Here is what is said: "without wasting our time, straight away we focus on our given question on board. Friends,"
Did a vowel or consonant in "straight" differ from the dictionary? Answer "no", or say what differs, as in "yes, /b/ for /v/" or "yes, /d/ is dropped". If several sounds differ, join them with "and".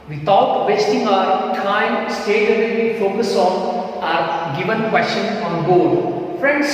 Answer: yes, /ɹ/ is dropped